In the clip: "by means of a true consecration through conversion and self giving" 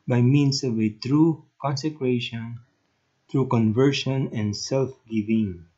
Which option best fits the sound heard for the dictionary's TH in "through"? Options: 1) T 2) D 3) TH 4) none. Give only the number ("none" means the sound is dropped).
1